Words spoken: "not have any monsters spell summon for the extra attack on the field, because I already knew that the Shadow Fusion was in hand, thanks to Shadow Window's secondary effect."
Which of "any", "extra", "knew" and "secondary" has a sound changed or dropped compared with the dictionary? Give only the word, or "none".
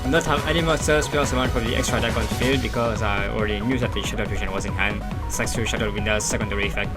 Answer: none